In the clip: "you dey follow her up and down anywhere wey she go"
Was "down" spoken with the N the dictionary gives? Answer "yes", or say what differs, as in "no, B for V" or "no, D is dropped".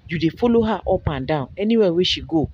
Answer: no, N is dropped